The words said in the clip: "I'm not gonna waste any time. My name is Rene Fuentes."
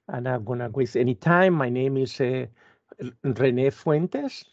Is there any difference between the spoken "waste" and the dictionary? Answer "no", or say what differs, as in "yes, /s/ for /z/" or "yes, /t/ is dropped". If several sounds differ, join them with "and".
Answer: yes, /t/ is dropped